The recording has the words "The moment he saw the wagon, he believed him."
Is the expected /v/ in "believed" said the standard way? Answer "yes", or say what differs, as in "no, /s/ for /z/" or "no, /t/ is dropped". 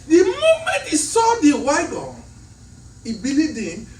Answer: no, /v/ is dropped